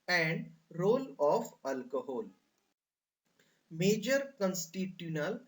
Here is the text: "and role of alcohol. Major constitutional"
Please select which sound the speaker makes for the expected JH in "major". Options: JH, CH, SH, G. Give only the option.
JH